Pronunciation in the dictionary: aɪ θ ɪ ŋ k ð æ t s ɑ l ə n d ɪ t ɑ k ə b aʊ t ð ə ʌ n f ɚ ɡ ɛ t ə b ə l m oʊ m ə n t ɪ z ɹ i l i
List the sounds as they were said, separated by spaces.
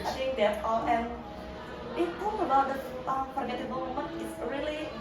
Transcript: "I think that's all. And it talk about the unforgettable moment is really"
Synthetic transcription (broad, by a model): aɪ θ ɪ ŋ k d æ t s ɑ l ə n ɪ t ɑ ə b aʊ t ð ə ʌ f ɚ ɡ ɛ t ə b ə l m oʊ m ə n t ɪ s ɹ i l i